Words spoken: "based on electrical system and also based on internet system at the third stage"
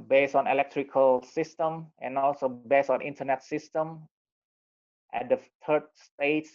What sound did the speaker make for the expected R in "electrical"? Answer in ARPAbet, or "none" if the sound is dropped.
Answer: R